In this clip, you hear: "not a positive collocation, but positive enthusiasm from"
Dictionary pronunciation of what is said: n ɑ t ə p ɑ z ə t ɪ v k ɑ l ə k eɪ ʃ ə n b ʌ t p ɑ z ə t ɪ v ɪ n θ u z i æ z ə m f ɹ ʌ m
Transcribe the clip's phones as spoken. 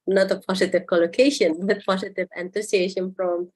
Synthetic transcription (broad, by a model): n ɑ t ə p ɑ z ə t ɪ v k ɑ l ə k eɪ ʃ ə n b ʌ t p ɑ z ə t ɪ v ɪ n t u s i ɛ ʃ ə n f ɹ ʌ m